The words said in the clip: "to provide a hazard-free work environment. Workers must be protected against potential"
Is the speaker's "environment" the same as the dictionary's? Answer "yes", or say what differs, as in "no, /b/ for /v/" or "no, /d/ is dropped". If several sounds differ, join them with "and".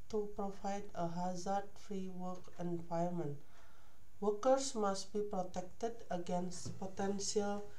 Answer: no, /ɹ/ is dropped